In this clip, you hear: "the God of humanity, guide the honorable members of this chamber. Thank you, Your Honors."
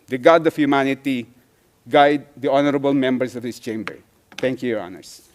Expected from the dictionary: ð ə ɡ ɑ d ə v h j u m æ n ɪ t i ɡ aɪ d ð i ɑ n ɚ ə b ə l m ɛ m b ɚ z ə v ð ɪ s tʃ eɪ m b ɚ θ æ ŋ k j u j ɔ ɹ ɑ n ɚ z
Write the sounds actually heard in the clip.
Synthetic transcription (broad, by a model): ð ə ɡ ɑ d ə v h j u m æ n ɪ t i ɡ aɪ d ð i ɑ n ɚ ə b ə l m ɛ m b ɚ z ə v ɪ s tʃ eɪ m b ɚ t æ ŋ k j u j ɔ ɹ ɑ n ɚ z